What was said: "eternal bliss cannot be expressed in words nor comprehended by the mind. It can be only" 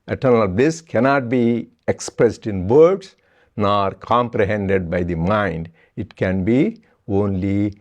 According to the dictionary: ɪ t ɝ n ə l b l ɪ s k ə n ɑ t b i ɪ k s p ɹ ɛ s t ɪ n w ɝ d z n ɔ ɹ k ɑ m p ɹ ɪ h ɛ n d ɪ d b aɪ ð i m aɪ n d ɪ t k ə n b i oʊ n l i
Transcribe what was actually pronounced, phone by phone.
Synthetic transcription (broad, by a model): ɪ t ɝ n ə l b l ɪ s k ə n ɑ t b i ɪ k s p ɹ ɛ s t ɪ n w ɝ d s n ɔ ɹ k ɑ m p ɹ ɪ h ɛ n d ɪ d b aɪ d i m aɪ n d ɪ t k ə n b i oʊ n l i